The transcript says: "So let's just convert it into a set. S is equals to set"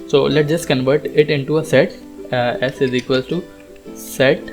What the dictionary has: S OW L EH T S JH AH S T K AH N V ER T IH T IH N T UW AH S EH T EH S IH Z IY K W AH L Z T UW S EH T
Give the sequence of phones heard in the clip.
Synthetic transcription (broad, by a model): S OW L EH T JH AH S T K AH N V ER T IH T IH N T UW AH S EH T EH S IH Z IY K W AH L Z T UW S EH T